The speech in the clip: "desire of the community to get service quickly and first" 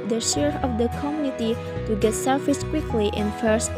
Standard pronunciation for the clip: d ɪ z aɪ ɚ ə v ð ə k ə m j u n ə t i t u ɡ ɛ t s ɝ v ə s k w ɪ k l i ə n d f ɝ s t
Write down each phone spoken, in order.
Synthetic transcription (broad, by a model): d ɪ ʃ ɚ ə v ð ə k ə m j u n ə t i t u ɡ ɛ t s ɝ f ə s k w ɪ k l i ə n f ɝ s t